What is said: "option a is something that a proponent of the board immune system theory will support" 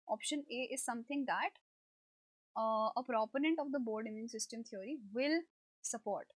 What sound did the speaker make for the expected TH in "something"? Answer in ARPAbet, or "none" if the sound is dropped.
T